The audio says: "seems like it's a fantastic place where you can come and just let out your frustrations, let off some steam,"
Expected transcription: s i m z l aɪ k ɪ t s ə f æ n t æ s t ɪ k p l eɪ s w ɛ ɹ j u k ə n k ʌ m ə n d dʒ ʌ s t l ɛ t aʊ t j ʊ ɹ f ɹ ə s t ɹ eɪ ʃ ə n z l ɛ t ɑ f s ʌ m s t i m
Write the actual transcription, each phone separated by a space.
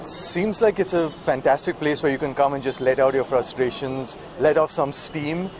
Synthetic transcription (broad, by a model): s i m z l aɪ k ɪ t s ə f æ n t æ s t ɪ k p l eɪ s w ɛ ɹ j u k ə n k ʌ m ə n dʒ ʌ s t l ɛ t aʊ t j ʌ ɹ f ɹ ə s t ɹ eɪ ʃ ə n z l ɛ t ɑ f s ʌ m s t i m